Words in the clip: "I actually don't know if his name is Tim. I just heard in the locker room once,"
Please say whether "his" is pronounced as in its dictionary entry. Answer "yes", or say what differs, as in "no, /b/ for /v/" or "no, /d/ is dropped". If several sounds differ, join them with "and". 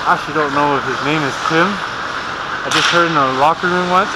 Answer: yes